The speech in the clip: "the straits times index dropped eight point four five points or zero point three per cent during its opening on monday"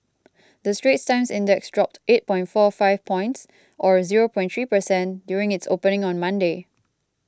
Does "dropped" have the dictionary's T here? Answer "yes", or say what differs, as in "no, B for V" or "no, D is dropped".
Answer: yes